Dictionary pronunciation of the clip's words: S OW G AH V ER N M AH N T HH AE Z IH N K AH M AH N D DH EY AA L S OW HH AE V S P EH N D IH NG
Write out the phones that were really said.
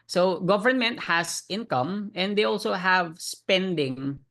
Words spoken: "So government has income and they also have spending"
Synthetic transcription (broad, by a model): S OW G AH V ER N M AH N T HH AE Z IH N K AH M AH N D EY AA L S OW HH AE V S P EH N D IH NG